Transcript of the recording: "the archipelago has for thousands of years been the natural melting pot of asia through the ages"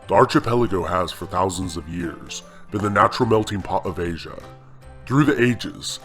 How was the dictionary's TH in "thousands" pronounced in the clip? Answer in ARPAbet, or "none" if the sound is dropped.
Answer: TH